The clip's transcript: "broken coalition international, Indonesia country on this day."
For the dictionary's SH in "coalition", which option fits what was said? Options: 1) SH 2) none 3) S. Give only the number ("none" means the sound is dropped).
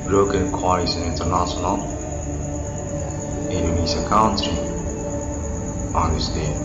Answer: 3